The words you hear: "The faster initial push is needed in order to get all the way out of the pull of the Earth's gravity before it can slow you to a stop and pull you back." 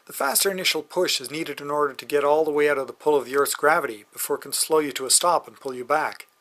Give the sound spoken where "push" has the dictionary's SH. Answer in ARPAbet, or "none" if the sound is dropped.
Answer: SH